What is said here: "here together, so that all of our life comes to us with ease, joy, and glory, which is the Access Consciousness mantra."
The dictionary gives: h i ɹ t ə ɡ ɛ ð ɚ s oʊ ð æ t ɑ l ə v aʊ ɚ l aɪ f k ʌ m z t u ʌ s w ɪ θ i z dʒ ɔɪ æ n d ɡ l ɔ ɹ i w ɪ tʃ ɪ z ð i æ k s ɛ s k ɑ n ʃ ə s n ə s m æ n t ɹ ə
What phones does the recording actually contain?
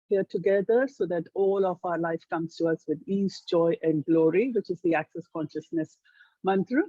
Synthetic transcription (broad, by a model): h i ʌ t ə ɡ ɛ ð ɚ s oʊ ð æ t ɑ l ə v aʊ ɚ l aɪ f k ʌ m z t u ʌ s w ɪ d i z dʒ ɔɪ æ n d ɡ l ɔ ɹ i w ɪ tʃ ɪ z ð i æ k s ɛ s k ɑ n ʃ ə s n ə s m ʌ n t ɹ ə